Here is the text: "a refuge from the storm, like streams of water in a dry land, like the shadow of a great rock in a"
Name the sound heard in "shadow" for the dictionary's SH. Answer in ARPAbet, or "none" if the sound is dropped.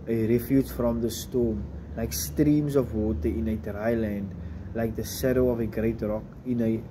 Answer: S